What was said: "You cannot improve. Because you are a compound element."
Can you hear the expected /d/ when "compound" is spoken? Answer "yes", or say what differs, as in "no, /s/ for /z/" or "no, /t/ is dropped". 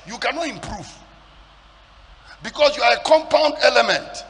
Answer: yes